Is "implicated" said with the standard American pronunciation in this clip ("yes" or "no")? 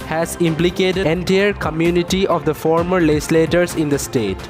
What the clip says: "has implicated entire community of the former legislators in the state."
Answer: no